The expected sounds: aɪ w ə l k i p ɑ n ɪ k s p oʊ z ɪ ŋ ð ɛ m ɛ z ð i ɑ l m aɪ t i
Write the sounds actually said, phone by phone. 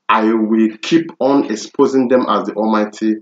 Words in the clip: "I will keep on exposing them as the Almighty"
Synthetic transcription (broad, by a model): aɪ w ə l k i p ɑ n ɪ k s p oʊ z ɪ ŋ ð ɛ m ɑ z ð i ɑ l m aɪ t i